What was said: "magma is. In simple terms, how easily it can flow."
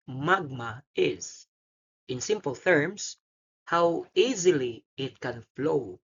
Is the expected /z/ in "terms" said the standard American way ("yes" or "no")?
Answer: no